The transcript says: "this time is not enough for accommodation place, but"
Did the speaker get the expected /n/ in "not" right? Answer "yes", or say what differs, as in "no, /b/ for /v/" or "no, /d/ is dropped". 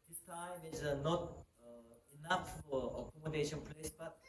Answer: yes